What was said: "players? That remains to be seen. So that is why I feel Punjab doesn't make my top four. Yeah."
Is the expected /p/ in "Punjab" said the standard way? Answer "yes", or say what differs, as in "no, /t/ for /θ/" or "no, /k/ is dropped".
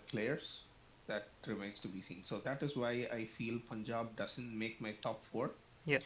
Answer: yes